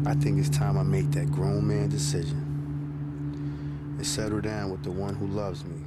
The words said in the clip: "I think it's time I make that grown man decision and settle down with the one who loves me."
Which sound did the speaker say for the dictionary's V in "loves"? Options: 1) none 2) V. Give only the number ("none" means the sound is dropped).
2